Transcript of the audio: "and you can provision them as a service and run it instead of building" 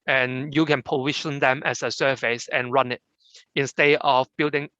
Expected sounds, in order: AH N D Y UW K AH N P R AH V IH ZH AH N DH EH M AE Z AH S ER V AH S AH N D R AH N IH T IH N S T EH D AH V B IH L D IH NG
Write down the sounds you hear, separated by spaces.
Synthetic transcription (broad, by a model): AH N Y UW K AH N P AH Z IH SH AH N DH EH M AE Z AH S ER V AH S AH N R AH N IH T IH N S T EH D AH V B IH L D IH NG